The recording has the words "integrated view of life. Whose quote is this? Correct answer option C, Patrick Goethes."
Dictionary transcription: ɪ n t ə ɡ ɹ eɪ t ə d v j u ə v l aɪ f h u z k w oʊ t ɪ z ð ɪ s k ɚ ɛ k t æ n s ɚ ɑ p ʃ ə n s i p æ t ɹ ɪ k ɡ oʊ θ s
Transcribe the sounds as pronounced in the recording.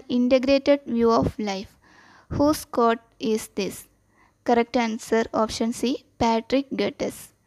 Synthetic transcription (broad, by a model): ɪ n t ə ɡ ɹ eɪ t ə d v j u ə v l aɪ f h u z k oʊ t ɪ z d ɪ s k ɚ ɛ k t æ n s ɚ ɑ p ʃ ə n s i p æ t ɹ ɪ k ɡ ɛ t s